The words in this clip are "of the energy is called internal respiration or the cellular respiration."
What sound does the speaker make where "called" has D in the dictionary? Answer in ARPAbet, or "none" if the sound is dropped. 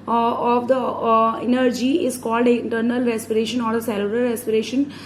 D